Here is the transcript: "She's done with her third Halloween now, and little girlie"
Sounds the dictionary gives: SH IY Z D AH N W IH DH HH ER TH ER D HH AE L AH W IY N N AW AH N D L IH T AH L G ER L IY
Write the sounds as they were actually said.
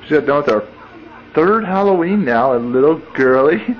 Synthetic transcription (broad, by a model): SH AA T D AH N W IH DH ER TH ER D HH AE L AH W IY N N AW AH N L IH T L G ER L IY